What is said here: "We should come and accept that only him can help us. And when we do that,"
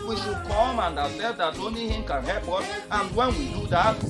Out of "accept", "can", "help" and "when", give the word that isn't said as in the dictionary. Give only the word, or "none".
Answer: accept